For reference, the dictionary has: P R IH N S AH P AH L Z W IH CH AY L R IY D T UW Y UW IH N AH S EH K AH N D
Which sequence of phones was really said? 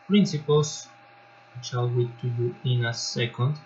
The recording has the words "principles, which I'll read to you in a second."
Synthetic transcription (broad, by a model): P R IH N S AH P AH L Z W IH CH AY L W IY T UW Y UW IH N AH S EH K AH N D